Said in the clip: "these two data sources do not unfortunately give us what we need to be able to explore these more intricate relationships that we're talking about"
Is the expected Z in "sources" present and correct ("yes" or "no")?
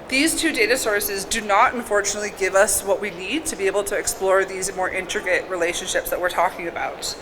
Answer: yes